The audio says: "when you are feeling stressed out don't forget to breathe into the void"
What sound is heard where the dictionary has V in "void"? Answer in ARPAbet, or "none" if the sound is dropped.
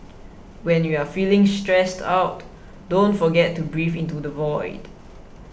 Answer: V